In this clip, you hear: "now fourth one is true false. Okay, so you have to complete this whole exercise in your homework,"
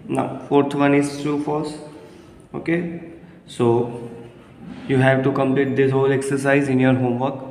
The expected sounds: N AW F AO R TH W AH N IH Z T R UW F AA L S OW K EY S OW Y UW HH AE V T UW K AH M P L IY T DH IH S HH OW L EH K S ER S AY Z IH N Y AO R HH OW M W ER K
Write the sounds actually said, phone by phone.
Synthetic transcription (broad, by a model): N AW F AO R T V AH N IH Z T R UW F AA S OW K EY S OW Y UW HH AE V T UW K AH M P L IY T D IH S HH OW L EH K S ER S AY Z IH N Y AO R HH OW M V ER K